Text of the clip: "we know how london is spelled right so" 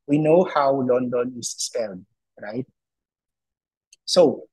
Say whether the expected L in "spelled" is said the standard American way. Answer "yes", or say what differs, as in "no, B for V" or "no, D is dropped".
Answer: yes